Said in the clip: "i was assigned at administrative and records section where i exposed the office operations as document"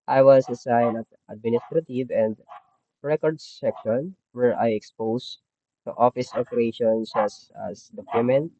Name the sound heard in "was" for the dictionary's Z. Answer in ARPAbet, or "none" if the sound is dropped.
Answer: S